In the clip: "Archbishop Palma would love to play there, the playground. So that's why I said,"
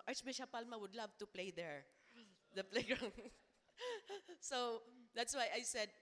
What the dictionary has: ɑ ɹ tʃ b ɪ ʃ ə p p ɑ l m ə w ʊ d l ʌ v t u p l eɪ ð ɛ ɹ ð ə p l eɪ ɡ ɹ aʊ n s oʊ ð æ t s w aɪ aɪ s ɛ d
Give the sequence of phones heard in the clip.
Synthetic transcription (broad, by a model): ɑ ɹ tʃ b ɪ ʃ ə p p ɑ l m ə w ʊ d l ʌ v t u p l eɪ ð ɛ ɹ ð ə p l eɪ ɡ ɹ aʊ n s oʊ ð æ t s w aɪ aɪ s ɛ d